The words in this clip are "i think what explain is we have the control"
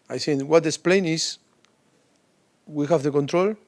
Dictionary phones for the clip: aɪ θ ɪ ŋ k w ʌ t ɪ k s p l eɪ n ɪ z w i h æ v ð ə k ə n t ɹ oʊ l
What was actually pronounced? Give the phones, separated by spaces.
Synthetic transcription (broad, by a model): aɪ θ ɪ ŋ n w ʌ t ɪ s p l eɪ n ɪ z w i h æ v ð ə k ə n t ɹ oʊ l